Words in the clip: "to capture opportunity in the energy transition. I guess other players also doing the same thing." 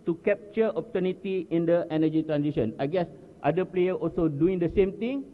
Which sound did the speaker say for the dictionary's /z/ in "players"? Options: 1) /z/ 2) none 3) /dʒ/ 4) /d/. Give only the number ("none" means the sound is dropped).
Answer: 2